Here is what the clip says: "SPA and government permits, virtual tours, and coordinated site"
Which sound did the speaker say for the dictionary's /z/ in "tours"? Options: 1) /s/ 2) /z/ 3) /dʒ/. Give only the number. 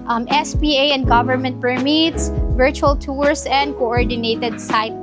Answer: 1